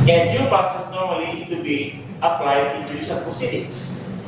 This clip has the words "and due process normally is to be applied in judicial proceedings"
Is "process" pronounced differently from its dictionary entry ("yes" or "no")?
yes